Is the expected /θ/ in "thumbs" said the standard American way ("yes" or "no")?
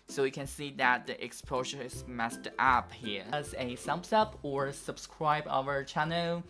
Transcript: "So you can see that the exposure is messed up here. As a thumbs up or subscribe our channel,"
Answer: no